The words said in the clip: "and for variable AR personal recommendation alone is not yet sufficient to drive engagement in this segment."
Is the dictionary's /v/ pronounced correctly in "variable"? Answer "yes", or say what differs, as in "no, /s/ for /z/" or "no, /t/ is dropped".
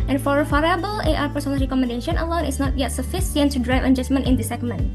no, /f/ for /v/